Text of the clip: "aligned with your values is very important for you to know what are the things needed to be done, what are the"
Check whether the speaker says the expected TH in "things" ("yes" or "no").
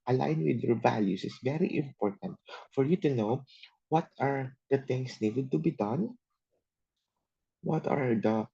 no